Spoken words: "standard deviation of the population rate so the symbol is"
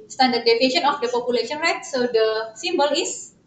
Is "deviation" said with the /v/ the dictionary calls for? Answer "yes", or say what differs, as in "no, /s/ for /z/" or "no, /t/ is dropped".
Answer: no, /f/ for /v/